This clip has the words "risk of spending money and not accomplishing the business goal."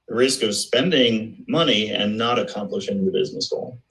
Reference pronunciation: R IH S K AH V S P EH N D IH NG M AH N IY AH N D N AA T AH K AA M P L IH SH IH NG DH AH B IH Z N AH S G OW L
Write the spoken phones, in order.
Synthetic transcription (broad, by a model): R IH S K AH V S P EH N D IH NG M AH N IY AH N N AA T AH K AA M P L IH SH IH NG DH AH B IH Z N AH S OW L